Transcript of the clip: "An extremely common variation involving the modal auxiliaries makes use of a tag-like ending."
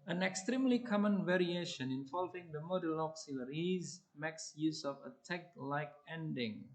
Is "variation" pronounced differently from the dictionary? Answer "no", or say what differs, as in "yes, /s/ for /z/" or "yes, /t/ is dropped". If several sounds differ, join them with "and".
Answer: no